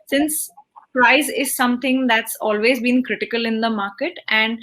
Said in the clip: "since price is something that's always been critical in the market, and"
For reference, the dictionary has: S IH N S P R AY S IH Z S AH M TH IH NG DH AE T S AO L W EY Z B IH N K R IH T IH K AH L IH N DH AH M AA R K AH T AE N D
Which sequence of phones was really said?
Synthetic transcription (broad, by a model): S IH N S P R AY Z IH Z S AH M T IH NG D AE T S AO L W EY Z B IH N K R IH T IH K AH L IH N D AH M AA R K AH T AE N D